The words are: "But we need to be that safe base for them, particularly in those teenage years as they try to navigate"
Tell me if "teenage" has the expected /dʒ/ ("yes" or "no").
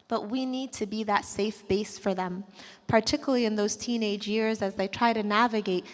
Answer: yes